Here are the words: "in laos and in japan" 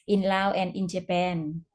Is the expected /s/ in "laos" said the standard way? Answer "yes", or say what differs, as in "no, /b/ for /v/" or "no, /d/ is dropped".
no, /s/ is dropped